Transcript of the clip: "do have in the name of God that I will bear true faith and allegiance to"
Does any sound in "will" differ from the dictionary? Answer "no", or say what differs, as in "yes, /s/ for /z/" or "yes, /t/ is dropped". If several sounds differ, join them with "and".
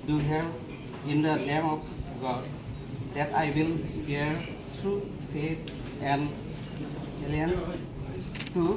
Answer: no